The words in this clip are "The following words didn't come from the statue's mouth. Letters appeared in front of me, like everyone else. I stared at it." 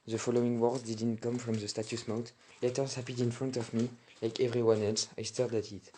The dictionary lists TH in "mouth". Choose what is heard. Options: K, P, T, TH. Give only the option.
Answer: T